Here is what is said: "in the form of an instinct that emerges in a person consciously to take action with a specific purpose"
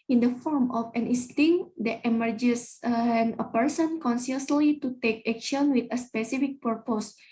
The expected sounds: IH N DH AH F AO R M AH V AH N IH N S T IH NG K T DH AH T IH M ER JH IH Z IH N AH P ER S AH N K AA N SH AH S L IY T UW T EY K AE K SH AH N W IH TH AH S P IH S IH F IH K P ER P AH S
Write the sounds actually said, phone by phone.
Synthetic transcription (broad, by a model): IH N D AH F AO R M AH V AH N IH S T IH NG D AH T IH M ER JH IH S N AH P ER S AH N K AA N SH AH S L IY T UW T EY K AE K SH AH N W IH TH AH S P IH S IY F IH K P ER P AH S